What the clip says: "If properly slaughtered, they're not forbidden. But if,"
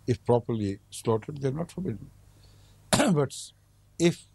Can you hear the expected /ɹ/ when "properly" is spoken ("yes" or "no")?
yes